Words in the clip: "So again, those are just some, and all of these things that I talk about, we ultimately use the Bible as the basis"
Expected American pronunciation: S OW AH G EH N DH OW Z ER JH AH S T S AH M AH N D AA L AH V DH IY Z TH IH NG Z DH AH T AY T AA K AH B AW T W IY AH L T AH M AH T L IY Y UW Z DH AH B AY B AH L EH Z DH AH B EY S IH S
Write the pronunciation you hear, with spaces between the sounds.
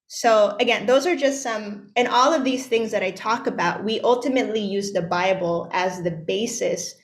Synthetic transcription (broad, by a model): S OW AH G EH N DH OW Z ER JH AH S T S AH M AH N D AA L AH V DH IY Z TH IH NG Z DH AH T AY T AA K AH B AW T W IY AH L T AH M AH T L IY Y UW Z DH AH B AY B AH L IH Z DH AH B EY S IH S